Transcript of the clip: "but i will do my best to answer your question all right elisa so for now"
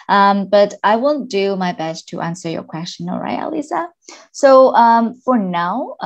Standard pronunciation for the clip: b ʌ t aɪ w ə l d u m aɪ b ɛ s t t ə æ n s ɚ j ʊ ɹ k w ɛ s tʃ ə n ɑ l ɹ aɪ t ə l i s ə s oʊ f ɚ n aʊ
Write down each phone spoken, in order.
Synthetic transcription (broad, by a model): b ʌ t aɪ w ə n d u m aɪ b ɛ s t t ə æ n s ɚ j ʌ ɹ k w ɛ s tʃ ə n ɑ l ɹ aɪ t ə l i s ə s oʊ f ɚ n aʊ